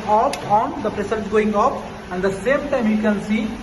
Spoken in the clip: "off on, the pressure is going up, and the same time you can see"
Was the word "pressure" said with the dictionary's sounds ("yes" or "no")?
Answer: no